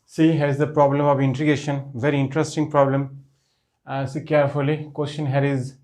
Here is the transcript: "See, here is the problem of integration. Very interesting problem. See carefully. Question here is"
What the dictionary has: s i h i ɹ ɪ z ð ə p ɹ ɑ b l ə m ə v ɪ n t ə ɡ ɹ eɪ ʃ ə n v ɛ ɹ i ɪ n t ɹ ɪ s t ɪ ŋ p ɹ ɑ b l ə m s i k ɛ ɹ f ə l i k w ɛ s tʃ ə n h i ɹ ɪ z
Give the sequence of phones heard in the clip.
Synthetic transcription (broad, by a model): s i h ɪ z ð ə p ɹ ɑ b l ə m ə v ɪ n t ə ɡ eɪ ʃ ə n v ɛ ɹ i ɪ n t ɹ ɪ s t ɪ ŋ p ɹ ɑ b l ə m s i k ɛ ɹ f ə l i k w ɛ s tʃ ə n h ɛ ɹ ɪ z